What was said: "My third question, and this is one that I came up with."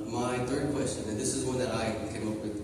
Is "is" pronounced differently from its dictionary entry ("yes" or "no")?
no